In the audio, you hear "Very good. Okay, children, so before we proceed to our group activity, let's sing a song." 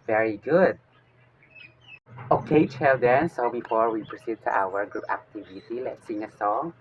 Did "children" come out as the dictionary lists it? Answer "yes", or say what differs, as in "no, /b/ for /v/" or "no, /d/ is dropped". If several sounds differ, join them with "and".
no, /ɹ/ is dropped